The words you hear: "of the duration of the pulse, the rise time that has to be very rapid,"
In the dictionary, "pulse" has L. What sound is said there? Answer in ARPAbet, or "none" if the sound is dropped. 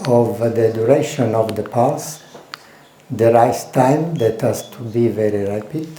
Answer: none